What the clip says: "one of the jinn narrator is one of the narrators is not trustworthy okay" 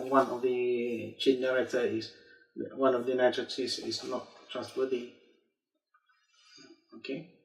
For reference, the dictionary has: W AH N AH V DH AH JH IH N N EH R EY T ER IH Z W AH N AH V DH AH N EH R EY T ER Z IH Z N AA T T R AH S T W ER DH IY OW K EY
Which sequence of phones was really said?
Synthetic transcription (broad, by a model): W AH N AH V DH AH CH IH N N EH R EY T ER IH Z W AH N AH V DH AH N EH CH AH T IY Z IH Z N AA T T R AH S T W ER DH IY OW K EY